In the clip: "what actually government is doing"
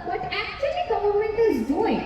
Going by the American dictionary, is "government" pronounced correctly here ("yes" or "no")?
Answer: no